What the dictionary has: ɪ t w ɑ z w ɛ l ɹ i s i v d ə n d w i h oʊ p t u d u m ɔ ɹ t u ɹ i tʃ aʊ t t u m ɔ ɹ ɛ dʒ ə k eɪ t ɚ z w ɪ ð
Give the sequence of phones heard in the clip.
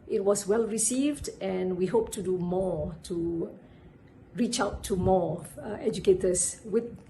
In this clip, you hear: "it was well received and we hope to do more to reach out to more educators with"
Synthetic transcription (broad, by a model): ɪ t w ɑ s w ɛ l ɹ i s i v d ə n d w i h oʊ p t u d u m ɔ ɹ t u ɹ i tʃ aʊ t t u m ɔ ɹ ɛ dʒ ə k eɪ t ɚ s w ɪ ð